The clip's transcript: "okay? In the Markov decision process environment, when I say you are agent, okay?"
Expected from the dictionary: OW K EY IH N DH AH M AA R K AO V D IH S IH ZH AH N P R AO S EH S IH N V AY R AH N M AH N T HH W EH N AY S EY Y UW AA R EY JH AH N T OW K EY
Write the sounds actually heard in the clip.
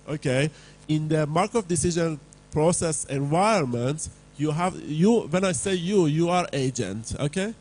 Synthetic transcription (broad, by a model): OW K EY IH N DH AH M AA R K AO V D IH S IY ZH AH N P R AO S EH S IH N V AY AH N M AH N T HH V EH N AY S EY Y UW AA R EY JH AH N T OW K EY